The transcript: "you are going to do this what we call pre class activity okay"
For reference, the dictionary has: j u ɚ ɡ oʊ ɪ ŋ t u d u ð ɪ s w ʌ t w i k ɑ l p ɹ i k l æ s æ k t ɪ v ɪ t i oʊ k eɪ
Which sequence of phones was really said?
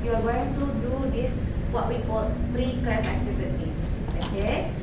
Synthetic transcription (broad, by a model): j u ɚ ɡ oʊ ɪ ŋ t u d u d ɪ s w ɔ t w i k ɑ l p ɹ i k ɑ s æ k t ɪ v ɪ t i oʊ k eɪ